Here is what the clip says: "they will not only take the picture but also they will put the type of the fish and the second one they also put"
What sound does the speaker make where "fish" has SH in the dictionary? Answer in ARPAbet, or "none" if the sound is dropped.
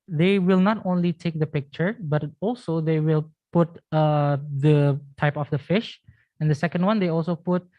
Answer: SH